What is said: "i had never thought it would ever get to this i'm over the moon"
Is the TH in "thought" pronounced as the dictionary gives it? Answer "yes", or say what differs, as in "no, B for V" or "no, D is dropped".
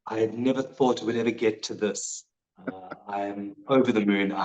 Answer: yes